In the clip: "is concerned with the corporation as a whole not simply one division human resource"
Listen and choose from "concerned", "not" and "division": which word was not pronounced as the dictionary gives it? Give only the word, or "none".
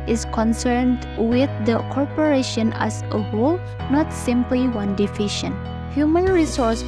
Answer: division